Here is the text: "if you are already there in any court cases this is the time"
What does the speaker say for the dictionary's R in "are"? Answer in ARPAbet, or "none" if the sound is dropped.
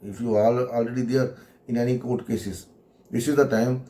L